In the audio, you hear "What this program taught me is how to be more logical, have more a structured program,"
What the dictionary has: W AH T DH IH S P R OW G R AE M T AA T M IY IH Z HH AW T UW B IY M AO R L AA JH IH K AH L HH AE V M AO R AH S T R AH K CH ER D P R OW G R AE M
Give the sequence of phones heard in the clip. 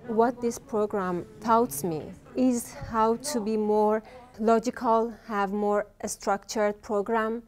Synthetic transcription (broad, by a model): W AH T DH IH S P R OW G R AE M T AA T M IY IH Z HH AW T UW B IY M AO R L AA JH IH K AH L HH AE V M AO R AH S T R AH K CH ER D P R OW G R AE M